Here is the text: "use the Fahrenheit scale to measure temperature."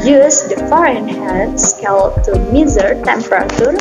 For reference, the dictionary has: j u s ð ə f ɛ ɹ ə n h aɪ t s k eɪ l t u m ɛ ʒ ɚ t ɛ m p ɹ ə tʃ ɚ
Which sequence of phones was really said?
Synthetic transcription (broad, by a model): j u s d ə f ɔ ɹ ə n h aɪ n s k eɪ l t u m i z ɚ t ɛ m p ɹ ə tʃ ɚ